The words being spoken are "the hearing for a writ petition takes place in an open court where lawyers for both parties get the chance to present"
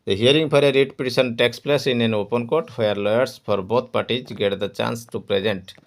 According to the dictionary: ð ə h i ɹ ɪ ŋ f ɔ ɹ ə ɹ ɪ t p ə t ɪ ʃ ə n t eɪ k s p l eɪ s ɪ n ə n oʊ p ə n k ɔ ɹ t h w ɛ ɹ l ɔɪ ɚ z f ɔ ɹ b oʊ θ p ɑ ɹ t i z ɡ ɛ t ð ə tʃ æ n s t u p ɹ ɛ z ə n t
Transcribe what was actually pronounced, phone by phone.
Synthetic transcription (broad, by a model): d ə h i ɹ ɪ ŋ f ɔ ɹ ə ɹ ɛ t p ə t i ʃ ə n t eɪ k s p l eɪ s ɪ n ə n oʊ p ə n k ɔ ɹ t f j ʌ ɹ l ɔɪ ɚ s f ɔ ɹ b oʊ t p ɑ ɹ t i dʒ ɡ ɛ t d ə tʃ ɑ n s t u p ɹ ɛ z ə n t